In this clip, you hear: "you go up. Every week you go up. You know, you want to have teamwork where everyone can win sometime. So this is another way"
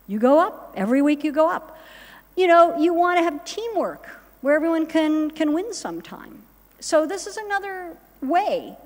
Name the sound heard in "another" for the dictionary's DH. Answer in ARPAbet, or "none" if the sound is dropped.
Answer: DH